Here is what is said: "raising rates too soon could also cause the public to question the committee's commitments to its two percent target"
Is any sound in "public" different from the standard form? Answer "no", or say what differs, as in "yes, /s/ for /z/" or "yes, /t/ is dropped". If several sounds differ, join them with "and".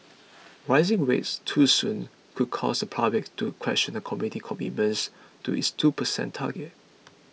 yes, /l/ is dropped